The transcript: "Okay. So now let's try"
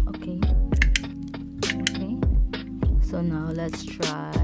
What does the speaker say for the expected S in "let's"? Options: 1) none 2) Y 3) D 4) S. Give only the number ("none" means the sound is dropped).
4